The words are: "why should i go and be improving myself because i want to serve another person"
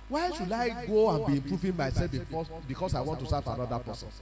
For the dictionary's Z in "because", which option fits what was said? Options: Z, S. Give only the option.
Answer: S